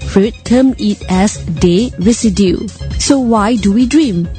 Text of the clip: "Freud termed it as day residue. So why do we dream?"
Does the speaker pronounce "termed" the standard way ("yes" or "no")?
no